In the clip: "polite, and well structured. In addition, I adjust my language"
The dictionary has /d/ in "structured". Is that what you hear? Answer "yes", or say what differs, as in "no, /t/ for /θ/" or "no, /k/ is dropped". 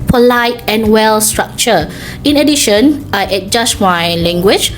no, /d/ is dropped